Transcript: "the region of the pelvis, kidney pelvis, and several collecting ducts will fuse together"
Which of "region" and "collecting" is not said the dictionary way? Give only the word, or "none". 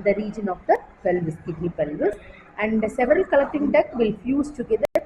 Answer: none